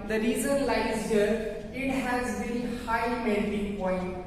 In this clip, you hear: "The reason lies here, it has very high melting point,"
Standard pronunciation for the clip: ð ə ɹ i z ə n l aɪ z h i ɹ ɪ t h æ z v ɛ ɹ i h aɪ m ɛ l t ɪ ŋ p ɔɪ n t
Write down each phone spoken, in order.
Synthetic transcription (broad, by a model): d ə ɹ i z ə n l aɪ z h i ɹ ɪ t h æ z b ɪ l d h aɪ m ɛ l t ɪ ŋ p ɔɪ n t